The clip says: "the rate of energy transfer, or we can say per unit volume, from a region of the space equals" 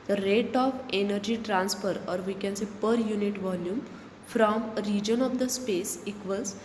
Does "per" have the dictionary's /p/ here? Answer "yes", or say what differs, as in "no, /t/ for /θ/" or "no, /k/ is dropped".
yes